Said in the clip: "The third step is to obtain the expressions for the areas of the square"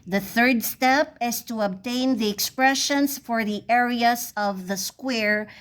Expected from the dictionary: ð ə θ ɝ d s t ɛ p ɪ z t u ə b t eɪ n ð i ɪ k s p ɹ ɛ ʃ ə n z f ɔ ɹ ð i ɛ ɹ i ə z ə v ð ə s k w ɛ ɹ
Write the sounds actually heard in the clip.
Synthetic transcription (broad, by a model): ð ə θ ɝ d s t ɛ p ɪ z t u ə b t eɪ n ð i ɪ k s p ɹ ɛ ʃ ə n s f ɔ ɹ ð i ɛ ɹ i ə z ə v ð ə s k w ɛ ɹ